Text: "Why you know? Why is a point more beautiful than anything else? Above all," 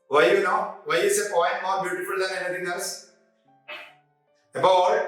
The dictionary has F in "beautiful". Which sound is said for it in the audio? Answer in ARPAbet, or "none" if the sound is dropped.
F